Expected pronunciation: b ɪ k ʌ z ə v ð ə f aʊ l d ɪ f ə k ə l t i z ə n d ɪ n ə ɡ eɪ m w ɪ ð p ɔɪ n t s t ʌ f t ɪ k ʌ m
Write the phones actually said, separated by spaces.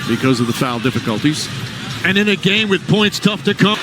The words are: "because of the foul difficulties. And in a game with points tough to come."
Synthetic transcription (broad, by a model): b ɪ k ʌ z ə v ð ə f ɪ l d ɪ f ə k ə l t i z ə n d ɪ n ə ɡ eɪ m w ɪ ð p ɔɪ n t s t ʌ f t ɪ k ʌ